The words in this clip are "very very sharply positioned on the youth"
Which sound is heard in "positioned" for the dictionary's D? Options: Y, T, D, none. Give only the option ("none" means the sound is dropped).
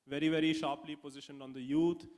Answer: D